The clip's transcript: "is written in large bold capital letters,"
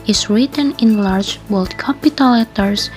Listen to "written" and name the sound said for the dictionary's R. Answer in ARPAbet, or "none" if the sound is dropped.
R